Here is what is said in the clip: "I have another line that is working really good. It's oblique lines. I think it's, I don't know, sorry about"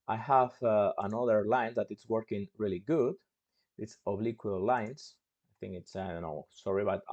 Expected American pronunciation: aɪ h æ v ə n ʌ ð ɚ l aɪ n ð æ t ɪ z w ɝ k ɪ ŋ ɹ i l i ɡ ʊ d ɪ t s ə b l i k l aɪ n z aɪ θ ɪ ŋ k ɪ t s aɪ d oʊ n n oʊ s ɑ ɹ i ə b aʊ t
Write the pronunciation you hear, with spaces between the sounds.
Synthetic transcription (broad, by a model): aɪ h æ v ə n ʌ ð ɚ l aɪ n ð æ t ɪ s w ɝ k ɪ ŋ ɹ i l i ɡ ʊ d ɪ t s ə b l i k l aɪ n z aɪ θ ɪ ŋ k ɪ t s aɪ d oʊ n n oʊ s ɑ ɹ i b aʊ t